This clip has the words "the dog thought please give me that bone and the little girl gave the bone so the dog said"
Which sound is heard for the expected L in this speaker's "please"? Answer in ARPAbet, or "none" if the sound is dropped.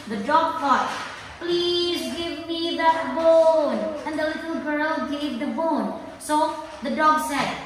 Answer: L